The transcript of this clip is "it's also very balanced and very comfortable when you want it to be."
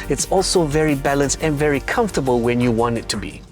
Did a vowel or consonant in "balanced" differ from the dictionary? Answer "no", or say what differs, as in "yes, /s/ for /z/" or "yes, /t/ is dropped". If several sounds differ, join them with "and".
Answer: no